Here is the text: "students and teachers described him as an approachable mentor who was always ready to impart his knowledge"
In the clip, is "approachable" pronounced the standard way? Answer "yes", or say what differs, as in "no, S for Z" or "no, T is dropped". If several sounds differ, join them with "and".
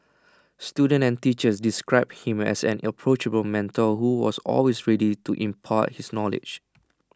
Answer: yes